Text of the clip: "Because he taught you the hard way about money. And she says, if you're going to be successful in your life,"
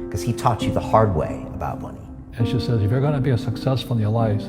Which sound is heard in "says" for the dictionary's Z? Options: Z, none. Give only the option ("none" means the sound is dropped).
Z